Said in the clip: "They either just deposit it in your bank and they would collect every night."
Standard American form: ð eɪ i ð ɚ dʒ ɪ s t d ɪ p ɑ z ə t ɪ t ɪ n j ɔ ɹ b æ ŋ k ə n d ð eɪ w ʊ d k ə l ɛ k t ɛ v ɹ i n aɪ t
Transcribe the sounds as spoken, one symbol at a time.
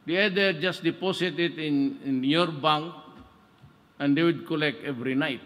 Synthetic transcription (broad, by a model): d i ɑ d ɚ dʒ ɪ s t d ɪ p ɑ s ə t ɪ t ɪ n j ɔ ɹ b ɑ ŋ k ə n d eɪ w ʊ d k ə l ɛ k t ɛ v ɹ i n aɪ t